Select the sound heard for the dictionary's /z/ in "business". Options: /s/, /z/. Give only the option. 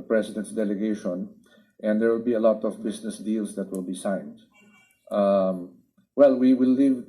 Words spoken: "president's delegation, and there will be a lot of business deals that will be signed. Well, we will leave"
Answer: /s/